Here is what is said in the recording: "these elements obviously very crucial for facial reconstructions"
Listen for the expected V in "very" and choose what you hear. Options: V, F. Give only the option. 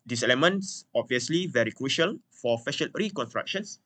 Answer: V